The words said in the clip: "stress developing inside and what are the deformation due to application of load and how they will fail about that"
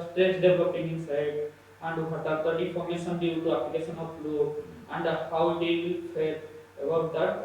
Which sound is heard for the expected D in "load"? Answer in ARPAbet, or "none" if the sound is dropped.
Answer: none